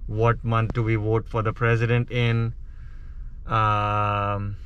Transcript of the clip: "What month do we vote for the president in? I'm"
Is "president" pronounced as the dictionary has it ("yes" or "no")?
yes